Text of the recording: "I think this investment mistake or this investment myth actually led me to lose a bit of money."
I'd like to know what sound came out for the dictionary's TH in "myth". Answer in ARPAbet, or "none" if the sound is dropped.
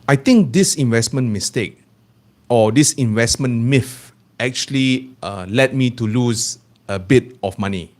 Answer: F